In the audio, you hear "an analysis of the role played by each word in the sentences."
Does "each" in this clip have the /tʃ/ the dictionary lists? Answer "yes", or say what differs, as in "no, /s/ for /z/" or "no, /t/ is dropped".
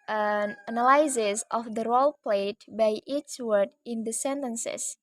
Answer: no, /s/ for /tʃ/